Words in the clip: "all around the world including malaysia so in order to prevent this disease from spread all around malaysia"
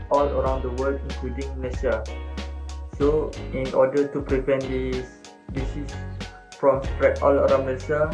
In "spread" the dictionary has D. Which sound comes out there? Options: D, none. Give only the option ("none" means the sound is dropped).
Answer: none